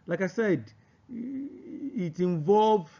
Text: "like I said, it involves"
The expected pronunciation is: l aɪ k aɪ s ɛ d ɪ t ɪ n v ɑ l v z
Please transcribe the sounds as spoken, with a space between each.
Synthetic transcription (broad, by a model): l aɪ k aɪ s ɛ d ɪ t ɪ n v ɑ l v